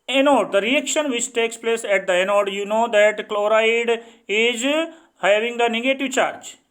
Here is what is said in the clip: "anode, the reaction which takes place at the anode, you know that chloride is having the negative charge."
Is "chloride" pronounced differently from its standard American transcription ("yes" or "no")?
no